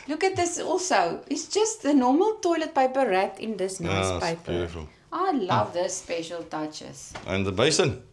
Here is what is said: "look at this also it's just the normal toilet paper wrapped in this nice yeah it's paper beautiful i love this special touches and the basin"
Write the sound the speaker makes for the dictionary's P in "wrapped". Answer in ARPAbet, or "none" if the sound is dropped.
none